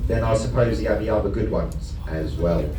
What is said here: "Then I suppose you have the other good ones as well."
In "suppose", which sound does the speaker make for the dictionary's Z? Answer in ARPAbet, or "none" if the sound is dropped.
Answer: Z